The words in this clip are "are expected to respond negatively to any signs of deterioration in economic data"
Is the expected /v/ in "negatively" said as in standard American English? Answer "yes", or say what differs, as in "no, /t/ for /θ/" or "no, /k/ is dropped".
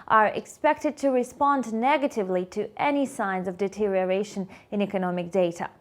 yes